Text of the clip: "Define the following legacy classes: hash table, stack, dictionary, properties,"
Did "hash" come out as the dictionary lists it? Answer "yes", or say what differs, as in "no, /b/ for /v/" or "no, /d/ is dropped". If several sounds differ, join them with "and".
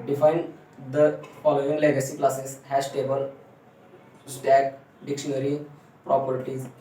no, /s/ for /ʃ/